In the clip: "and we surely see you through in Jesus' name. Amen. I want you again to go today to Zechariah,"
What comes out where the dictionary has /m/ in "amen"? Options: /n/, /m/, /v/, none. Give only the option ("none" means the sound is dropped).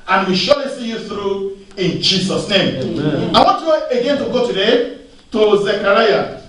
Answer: none